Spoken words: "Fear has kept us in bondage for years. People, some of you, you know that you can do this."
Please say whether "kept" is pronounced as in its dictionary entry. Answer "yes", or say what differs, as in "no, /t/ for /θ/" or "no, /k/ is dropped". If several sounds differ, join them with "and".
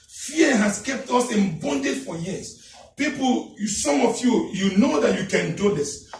yes